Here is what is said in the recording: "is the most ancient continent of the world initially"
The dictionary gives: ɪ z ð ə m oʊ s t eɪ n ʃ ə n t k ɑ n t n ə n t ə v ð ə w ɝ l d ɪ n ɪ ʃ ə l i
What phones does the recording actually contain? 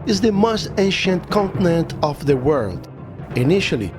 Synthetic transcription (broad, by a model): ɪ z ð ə m oʊ s t eɪ n ʃ ə n t k ɑ n t n ə n t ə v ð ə w ɝ l d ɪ n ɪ ʃ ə l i